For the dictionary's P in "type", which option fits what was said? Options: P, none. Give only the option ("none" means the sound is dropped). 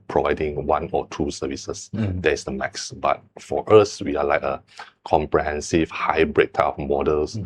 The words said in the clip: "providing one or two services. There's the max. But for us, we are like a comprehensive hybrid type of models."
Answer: none